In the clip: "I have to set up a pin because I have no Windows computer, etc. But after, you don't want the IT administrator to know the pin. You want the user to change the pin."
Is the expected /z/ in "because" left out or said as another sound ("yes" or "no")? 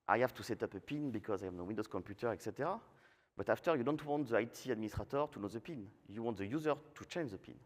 no